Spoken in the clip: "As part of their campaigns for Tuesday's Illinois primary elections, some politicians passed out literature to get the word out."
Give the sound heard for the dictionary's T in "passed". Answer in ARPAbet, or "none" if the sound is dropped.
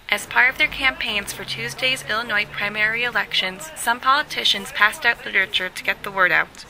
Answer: T